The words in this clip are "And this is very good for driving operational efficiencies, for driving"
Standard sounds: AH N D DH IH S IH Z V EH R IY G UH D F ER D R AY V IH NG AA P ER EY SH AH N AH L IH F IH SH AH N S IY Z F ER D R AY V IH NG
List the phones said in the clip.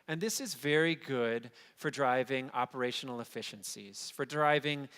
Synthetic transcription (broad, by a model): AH N DH IH S IH Z V EH R IY G UH D F ER D R AY V IH NG AA P ER EY SH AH N L IH F IH SH AH N S IY Z F ER D R AY V IH NG